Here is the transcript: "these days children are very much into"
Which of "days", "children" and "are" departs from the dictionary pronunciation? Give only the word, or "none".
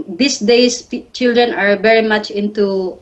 days